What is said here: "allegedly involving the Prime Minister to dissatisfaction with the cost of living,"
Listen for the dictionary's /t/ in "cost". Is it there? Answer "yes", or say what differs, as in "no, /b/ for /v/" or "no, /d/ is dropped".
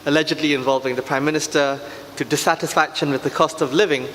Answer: yes